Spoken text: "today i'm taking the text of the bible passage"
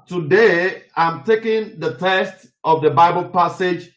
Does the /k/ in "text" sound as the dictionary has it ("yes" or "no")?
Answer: no